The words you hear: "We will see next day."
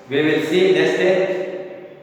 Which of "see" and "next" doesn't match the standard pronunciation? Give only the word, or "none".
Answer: next